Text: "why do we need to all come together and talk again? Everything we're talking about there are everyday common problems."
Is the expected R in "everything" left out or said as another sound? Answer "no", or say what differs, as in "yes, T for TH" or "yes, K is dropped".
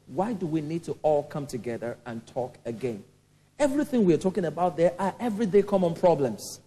no